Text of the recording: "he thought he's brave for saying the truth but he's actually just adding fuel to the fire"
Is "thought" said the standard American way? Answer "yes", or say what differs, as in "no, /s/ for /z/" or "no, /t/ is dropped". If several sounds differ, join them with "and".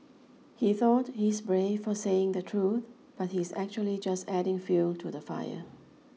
yes